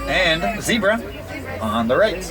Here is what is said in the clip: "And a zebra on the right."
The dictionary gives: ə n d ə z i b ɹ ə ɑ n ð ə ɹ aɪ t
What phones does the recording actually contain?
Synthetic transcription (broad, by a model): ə n z i b ɹ ə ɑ n ð ə ɹ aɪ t